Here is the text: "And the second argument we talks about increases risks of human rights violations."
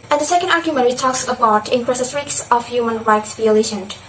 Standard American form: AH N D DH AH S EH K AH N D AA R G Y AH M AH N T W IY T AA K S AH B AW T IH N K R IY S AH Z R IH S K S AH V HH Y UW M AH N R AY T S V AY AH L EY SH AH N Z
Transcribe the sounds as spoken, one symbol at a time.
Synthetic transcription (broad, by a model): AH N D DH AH S EH K AH N D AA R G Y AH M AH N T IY T AA K S AH B AW T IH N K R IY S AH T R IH K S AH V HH Y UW M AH N R AY T S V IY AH L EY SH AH N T